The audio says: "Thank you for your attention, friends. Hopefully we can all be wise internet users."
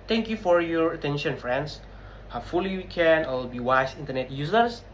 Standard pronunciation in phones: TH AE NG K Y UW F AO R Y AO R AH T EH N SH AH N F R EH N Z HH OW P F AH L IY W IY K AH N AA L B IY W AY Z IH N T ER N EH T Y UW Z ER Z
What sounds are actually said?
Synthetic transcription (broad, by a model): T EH NG K Y UW F AO R Y AO R AH T EH N SH AH N F R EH N S HH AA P F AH L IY W IY K AH N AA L B IY W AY S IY N T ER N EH T Y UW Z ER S